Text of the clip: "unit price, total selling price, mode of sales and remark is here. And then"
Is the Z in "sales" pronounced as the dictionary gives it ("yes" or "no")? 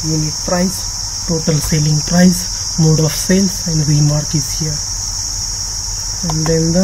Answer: no